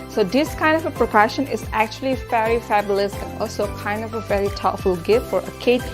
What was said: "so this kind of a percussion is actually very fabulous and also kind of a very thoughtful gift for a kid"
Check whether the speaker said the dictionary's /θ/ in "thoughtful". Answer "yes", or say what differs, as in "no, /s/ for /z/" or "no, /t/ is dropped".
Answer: no, /t/ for /θ/